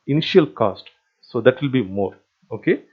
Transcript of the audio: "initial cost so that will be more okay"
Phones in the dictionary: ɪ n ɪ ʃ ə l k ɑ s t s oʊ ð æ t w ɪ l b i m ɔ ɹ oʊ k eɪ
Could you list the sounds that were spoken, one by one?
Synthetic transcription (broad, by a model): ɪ n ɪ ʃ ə l k ɑ s t s oʊ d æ t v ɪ l b i m ɔ ɹ oʊ k eɪ